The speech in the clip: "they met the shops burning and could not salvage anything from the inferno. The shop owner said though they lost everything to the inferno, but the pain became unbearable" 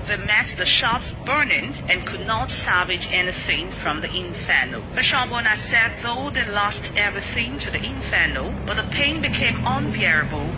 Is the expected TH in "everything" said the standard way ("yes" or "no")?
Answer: yes